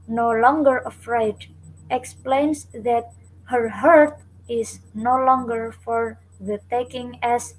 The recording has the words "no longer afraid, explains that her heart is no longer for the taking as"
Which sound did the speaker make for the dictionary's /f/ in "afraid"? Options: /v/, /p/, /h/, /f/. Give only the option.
/f/